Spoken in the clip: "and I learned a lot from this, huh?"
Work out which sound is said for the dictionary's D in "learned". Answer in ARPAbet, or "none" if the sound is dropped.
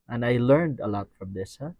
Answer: D